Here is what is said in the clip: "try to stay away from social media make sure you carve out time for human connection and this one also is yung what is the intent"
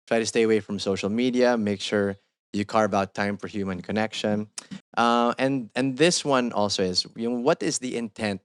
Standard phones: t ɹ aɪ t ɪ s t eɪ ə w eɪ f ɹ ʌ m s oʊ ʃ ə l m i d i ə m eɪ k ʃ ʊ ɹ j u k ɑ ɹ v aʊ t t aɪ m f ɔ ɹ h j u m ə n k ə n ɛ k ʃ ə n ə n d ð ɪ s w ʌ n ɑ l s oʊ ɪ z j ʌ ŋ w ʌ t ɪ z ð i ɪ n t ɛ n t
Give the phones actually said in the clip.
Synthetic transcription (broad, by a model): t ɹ aɪ t ɪ s t eɪ ə w eɪ f ɹ ʌ m s oʊ ʃ ə l m i d i ə m eɪ k ʃ ʊ ɹ j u k ɑ ɹ b aʊ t t aɪ m f ɔ ɹ h j u m ə n k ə n ɛ k ʃ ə n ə n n ð ɪ s w ʌ n ɑ l s oʊ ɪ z j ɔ w ʌ t ɪ z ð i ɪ n t ɛ n t